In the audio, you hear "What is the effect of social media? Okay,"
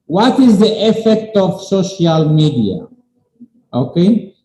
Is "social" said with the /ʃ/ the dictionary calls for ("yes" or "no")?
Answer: yes